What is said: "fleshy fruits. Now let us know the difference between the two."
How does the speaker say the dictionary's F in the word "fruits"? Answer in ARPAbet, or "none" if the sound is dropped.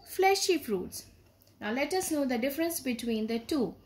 P